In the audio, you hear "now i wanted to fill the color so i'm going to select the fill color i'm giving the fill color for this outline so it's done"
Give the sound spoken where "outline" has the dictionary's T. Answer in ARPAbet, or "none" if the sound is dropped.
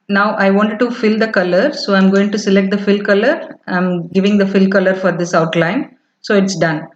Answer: T